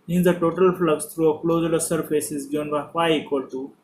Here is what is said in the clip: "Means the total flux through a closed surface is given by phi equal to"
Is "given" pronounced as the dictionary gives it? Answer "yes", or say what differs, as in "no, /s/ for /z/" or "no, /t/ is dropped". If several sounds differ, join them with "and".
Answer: no, /v/ is dropped